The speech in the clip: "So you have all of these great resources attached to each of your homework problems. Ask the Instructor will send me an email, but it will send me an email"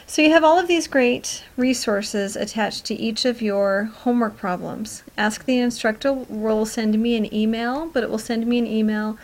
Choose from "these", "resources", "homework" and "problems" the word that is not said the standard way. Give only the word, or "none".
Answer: none